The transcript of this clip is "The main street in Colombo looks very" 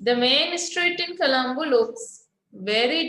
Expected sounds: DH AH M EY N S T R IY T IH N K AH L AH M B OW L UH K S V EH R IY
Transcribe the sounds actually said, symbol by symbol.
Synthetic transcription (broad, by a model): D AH M EY N S T R IY T IH N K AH L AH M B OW L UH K S V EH R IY